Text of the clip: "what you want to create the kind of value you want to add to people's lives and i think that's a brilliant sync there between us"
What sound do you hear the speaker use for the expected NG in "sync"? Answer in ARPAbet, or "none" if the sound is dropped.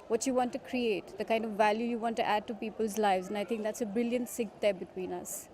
none